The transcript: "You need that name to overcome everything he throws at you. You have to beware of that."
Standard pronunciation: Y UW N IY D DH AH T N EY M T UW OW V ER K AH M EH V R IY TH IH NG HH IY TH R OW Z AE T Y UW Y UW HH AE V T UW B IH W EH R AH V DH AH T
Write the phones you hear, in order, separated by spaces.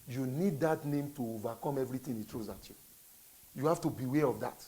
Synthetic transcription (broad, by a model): Y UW N IY D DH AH T N EY M T UW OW V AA K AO M EH V R IY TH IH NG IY T R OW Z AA T Y UW Y UW HH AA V T UW B IH W EH R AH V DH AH T